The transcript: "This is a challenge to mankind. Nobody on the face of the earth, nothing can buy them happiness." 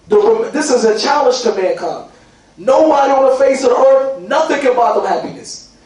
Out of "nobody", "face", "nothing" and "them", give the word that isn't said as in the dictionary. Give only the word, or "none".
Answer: none